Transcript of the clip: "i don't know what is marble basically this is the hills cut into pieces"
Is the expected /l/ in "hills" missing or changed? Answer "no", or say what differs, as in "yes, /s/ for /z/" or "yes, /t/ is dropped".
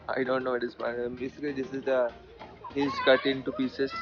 yes, /l/ is dropped